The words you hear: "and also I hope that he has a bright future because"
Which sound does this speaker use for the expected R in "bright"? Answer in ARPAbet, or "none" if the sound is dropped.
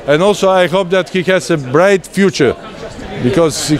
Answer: R